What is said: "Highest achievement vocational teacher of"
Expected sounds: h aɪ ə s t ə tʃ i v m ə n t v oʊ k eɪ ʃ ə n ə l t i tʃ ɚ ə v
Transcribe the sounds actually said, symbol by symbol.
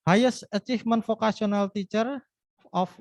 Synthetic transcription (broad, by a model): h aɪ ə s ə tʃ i f m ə n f oʊ k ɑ s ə n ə l t i tʃ ɚ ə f